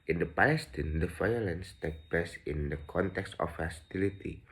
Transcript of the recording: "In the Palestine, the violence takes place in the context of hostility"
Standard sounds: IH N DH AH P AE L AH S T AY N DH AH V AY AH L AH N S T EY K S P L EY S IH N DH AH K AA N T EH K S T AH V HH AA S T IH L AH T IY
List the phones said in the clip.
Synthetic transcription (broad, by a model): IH N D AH P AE L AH S T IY N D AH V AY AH L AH N S T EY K P L EY S IH N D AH K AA N T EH K S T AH F HH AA S T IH L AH T IY